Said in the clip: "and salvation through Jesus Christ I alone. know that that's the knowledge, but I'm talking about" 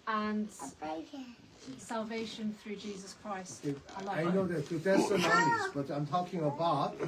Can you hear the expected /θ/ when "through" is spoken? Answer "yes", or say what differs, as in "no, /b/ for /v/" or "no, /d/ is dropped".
yes